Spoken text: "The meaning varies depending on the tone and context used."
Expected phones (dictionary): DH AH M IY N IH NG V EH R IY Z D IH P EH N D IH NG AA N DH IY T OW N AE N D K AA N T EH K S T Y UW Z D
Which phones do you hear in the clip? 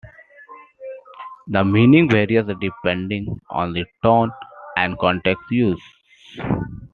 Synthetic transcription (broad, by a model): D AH M IY N IH NG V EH R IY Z D IH P EH N D IH NG AA N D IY T OW N AE N D K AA N T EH K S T Y UW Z